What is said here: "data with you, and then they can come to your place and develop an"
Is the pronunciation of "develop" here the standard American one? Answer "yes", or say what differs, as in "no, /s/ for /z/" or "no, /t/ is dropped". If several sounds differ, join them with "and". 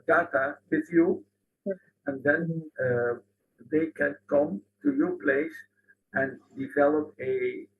yes